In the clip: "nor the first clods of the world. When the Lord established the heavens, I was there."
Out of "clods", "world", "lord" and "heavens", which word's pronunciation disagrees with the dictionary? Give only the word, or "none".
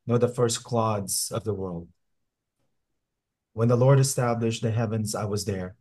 none